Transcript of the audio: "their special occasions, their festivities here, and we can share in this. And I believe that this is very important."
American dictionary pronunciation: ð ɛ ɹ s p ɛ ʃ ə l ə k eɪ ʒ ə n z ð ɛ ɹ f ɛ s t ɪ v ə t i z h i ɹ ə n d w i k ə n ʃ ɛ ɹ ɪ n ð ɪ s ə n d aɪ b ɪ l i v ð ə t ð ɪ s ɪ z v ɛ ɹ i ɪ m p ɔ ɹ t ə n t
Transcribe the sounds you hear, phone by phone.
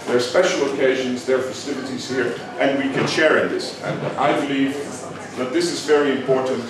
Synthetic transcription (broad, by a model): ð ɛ ɹ s p ɛ ʃ l ə k eɪ ʒ ə n z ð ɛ ɹ f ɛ s t ɪ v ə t i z h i ɹ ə n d w i k ə n ʃ ɛ ɹ ɪ n ð ɪ s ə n aɪ b ɪ l i v ð ə t ð ɪ s ɪ z v ɛ ɹ i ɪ m p ɔ ɹ t n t